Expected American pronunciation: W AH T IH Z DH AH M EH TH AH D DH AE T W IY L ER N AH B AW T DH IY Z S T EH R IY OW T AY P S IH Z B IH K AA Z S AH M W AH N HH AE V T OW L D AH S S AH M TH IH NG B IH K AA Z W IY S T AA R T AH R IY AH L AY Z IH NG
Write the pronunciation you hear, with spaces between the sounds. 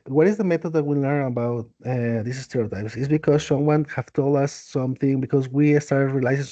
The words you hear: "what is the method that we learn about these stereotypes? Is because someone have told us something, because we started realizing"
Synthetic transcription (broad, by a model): W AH T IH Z DH AH M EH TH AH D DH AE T W IY L ER N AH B AW T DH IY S S T EH R IY OW T AY P S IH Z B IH K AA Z S AH M W AH N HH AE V T OW L D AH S S AH M TH IH NG B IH K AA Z W IY S T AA R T R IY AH L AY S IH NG